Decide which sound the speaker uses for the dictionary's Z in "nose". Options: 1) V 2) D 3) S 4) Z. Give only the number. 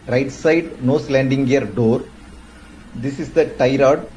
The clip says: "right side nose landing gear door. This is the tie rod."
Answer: 3